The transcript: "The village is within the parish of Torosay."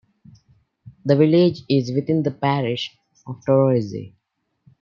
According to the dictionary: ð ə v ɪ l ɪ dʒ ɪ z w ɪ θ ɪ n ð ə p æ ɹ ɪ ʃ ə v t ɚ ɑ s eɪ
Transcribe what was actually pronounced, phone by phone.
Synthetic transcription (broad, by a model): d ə v ɪ l ɪ dʒ ɪ z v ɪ t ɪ n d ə p æ ɹ ɪ ʃ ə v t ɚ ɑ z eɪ